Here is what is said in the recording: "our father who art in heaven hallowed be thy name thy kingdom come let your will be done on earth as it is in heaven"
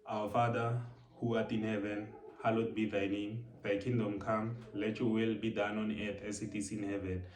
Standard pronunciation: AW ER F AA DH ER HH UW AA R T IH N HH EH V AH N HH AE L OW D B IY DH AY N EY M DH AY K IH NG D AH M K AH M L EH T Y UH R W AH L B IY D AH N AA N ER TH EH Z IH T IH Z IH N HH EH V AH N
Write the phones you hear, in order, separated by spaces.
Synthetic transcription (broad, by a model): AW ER F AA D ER HH UW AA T IH N HH EH V AH N HH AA L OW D B IY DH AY N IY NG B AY K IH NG D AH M K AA M L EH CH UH W AH L B IY D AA N AA N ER T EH S IH T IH S IH N HH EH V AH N